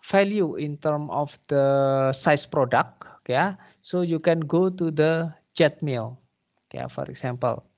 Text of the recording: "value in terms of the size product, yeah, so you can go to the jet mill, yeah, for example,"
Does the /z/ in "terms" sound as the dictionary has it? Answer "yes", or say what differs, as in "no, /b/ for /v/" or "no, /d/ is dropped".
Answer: no, /z/ is dropped